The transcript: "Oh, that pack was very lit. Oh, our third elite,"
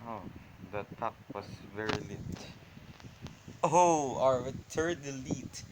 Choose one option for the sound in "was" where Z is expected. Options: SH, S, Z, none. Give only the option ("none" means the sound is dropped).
S